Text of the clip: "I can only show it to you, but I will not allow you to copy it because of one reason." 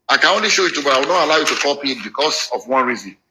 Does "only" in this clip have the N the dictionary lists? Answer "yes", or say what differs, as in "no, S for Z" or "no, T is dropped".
yes